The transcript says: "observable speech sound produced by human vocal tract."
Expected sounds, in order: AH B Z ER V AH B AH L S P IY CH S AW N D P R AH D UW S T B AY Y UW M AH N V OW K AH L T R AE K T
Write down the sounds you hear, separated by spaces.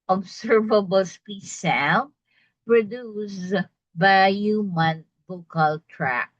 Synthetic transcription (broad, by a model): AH B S ER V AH B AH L S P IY S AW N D P R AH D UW S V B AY Y UW M AH N B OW K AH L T R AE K